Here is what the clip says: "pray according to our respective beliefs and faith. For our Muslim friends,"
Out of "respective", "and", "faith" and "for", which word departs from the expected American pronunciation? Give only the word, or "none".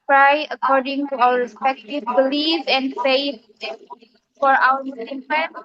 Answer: faith